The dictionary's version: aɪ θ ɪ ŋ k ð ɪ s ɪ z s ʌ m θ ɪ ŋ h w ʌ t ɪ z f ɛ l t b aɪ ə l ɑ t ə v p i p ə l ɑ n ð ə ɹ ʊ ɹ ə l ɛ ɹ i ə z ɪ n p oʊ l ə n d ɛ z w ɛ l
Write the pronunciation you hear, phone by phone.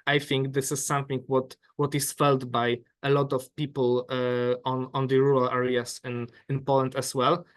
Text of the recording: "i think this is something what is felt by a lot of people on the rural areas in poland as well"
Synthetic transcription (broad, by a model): aɪ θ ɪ ŋ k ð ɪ s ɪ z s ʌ m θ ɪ ŋ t w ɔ t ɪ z f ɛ l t b aɪ ə l ɑ t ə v p i p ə n ɑ n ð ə ɹ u ɹ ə l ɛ ɹ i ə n ɪ n p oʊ l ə n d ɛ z w ɛ l